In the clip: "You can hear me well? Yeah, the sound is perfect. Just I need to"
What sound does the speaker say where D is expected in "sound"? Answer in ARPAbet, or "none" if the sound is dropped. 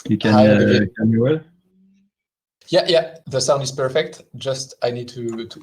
D